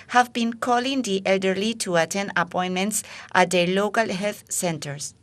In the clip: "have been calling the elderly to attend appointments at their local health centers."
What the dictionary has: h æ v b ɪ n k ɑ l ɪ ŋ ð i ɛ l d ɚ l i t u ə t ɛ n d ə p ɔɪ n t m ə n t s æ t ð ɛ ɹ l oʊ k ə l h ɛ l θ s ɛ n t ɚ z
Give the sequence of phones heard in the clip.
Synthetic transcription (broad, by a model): h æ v b ɪ n k ɑ l ɪ ŋ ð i ɛ l d ɚ l i t u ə t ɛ n ə p ɔɪ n m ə n t s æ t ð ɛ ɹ l oʊ k ə l h ɛ l θ s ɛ n t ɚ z